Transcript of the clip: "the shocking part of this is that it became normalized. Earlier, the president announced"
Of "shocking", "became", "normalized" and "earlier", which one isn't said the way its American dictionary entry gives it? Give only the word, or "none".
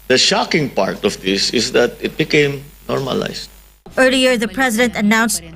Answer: normalized